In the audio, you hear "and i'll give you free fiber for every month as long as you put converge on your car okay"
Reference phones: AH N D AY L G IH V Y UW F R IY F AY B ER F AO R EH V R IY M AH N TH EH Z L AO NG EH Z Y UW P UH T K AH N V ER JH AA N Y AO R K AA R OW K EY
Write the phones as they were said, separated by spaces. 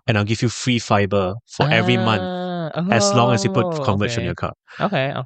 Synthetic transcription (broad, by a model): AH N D AY L G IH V Y UW F R IY F AY B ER F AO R EH V R IY M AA N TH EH S L AO NG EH S Y UW P UH T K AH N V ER CH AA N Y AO K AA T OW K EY